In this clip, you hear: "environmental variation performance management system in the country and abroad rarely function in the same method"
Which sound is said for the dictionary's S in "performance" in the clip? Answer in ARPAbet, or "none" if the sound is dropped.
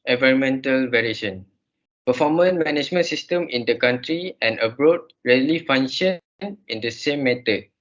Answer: none